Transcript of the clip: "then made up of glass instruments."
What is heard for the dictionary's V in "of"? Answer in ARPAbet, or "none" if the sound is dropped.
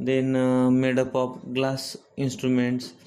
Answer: P